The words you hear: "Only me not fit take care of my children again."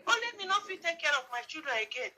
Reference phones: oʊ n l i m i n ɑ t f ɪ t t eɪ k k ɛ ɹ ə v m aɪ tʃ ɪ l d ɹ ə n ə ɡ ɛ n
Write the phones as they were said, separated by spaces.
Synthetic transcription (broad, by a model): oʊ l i m i n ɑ f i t t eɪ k k ɛ ɹ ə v m aɪ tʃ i d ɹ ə ə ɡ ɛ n